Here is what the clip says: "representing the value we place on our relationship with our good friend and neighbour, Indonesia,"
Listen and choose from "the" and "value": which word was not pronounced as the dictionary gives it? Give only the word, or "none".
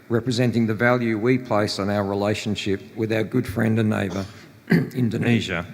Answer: none